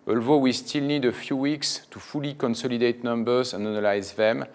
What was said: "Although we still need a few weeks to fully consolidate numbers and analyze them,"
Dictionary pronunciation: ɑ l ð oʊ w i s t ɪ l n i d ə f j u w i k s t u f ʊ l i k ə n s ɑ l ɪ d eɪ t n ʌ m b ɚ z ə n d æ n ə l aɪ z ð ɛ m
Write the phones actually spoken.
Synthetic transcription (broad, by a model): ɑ l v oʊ w i s t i l n i d ə f j u w i k s t u f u l i k ə n s ɑ l ɪ d eɪ t n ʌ m b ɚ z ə n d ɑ n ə l aɪ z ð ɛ m